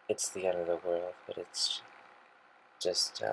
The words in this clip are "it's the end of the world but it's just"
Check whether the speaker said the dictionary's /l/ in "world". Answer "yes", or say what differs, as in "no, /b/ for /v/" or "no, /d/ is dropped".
yes